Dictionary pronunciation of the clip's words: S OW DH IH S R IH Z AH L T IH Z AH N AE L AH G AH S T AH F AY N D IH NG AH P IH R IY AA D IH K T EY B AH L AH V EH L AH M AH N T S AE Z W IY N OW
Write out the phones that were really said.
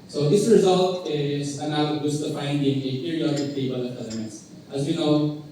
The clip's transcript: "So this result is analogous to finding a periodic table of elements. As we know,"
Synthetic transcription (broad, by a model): S OW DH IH S R IH Z AH L T IH Z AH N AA AH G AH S T AH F AY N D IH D AH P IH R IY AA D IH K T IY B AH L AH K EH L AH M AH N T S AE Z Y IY N OW